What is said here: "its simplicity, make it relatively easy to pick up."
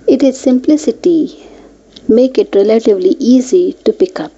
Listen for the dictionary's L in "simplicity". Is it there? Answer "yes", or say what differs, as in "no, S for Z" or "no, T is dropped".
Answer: yes